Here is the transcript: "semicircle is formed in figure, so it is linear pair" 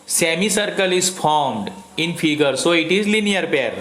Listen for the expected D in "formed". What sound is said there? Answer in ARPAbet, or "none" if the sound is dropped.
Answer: D